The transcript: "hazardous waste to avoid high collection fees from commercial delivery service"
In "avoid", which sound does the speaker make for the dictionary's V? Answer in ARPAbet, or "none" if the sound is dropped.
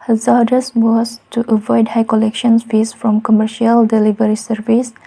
V